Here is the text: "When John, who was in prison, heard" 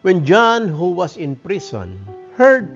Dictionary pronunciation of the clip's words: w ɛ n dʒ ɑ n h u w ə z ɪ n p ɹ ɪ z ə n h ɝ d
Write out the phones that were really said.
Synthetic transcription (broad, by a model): w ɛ n dʒ ɑ n h u w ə s ɪ n p ɹ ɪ s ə n h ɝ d